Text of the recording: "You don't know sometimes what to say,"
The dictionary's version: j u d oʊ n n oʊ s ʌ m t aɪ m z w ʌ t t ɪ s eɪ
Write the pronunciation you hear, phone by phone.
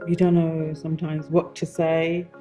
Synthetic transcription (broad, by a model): j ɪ d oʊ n n oʊ s ʌ m t aɪ m z w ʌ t t ɪ s eɪ